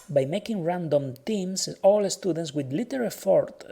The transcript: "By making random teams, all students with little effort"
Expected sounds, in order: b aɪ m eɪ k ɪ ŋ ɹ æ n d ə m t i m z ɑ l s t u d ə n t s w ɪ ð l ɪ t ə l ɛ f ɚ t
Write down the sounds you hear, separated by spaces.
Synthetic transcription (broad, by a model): b aɪ m eɪ k ɪ ŋ ɹ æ n d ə m t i m s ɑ l s t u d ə n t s w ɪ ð l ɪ t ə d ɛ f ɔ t